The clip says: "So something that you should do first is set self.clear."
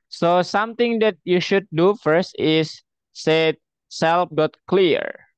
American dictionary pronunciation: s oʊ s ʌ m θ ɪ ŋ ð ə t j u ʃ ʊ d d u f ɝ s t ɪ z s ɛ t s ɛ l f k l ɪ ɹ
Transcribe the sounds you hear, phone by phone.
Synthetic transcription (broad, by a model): s oʊ s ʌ m t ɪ ŋ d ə t j u ʃ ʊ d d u f ɝ s t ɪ s ɛ t s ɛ l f k l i ɹ